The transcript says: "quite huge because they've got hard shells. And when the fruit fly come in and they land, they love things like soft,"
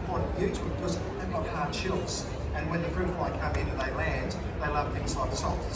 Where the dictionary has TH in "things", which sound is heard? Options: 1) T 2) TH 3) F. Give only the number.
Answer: 2